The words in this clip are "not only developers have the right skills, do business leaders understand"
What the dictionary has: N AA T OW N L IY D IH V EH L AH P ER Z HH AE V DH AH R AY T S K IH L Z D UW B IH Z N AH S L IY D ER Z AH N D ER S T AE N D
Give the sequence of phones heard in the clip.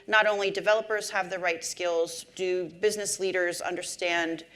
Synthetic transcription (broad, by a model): N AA T OW N L IY D IH V EH L AH P ER Z HH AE V DH AH R AY T S K IH L Z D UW B IH Z N AH S L IY D ER Z AH N D ER S T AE N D